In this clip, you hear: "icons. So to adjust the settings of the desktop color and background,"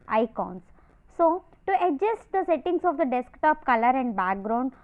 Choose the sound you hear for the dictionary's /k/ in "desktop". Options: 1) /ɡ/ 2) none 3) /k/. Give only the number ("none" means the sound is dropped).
3